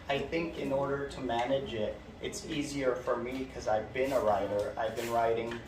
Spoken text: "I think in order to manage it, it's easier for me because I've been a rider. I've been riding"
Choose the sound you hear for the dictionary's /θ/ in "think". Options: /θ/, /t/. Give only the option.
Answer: /θ/